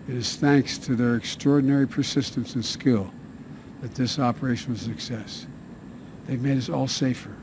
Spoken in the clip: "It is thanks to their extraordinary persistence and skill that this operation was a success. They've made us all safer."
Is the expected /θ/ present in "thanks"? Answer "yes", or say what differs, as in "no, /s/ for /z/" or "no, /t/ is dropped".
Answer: yes